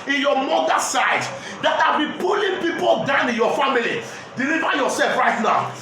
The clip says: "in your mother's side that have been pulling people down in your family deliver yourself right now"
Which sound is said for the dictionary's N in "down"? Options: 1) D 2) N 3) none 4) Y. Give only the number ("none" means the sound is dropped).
2